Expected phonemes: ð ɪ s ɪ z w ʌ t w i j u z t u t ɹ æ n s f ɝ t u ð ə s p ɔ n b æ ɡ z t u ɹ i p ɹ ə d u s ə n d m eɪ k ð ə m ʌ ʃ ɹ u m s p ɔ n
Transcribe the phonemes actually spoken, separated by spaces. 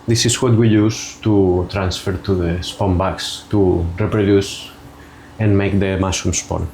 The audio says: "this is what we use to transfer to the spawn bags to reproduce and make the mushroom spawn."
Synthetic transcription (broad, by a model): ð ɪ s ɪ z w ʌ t w i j u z t u t ɹ æ n s f ɝ t u ð ə s p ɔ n b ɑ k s t u ɹ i p ɹ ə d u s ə n m eɪ k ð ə m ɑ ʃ u m s p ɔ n